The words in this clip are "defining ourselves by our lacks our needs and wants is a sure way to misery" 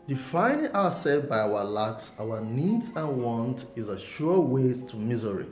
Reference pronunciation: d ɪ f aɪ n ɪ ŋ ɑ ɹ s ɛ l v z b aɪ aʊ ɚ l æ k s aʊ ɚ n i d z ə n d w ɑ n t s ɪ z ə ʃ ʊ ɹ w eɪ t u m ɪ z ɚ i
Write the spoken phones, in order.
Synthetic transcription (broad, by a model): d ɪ f aɪ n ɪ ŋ ɑ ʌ s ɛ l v b aɪ aʊ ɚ l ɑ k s aʊ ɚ n i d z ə n w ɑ n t ɪ z ə ʃ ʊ w eɪ t u m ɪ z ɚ i